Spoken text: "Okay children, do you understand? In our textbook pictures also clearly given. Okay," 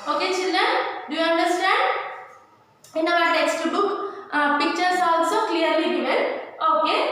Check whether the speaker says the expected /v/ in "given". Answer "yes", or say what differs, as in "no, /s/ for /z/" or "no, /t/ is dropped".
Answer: no, /v/ is dropped